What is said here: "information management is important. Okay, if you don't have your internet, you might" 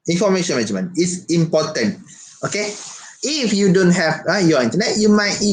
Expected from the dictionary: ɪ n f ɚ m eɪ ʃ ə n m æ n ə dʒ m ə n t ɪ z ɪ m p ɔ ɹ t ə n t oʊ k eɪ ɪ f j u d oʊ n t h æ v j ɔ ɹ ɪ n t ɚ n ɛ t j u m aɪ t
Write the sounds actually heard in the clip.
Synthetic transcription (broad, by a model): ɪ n f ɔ m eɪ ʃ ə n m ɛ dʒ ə m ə n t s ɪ m p ɔ t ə n t oʊ k eɪ ɪ f j u d oʊ n t h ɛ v j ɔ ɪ n t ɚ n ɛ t j u m aɪ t